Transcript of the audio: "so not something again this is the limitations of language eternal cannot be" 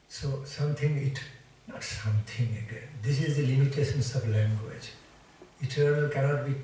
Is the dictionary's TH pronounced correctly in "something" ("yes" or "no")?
no